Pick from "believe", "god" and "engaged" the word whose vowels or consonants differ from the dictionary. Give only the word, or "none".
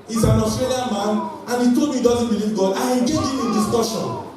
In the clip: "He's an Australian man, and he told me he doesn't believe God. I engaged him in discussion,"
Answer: engaged